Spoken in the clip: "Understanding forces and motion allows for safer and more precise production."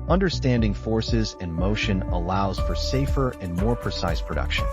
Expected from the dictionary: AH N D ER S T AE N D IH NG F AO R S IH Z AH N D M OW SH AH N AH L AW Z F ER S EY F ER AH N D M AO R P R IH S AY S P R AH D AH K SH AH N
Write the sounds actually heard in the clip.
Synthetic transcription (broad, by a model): AH N D ER S T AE N D IH NG F AO R S IH Z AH N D M OW SH AH N AH L AW Z F ER S EY F ER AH N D M AO R P R IH S AY S P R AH D AH K SH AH N